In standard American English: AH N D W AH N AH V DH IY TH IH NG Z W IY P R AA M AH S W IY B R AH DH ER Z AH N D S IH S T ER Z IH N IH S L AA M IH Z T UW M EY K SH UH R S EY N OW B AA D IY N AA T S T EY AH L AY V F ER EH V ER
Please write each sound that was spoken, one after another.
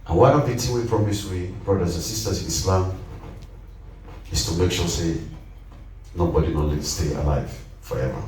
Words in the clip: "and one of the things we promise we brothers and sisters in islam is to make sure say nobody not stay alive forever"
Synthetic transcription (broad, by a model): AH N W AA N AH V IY T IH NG W IY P R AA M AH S W IY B R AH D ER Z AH N S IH S T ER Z IH N IH S L AA M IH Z T UW M EY K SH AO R S EY N OW B AA D IY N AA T S T EY AH L AY V F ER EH V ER